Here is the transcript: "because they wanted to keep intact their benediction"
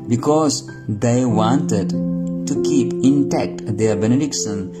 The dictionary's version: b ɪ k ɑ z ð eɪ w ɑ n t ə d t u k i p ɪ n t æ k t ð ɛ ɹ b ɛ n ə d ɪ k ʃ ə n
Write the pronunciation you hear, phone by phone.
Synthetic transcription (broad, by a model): b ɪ k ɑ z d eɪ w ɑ n t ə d t u k i p ɪ n t æ k t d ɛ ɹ b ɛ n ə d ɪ k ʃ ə n